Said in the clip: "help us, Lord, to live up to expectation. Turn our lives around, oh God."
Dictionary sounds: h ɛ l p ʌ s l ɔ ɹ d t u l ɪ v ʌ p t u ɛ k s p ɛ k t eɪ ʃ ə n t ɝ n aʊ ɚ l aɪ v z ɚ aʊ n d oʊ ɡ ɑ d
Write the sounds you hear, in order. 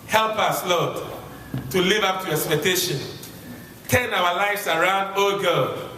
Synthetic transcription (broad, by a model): h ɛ l p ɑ s l ɔ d t u l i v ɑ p t u ɛ k s p ɛ k t eɪ ʃ ə n t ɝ n aʊ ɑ l aɪ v s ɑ aʊ n d oʊ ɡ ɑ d